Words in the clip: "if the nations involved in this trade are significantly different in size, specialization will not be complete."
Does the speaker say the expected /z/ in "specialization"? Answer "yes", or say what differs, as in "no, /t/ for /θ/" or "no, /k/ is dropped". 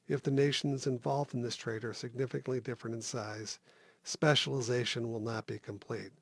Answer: yes